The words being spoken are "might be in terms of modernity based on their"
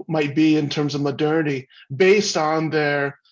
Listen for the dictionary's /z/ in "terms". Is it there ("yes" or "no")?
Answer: yes